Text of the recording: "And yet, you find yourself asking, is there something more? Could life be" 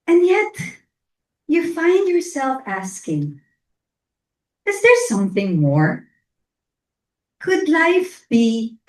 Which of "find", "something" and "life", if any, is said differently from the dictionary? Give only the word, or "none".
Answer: none